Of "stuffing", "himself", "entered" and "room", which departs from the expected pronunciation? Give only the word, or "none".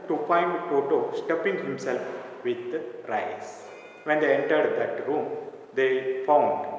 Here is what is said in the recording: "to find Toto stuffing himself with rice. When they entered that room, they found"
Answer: stuffing